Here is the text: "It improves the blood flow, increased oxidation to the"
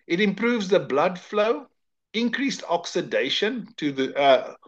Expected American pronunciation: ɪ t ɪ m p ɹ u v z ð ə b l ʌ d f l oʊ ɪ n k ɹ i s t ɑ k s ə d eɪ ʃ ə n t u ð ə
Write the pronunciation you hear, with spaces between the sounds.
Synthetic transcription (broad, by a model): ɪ t ɪ m p ɹ u v z ð ə b l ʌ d f l oʊ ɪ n k ɹ i s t ɑ k s ə d eɪ ʃ ə n t u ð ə